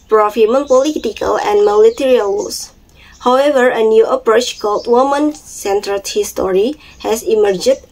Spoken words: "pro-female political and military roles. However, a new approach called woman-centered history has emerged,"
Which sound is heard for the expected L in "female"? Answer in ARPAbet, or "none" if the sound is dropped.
N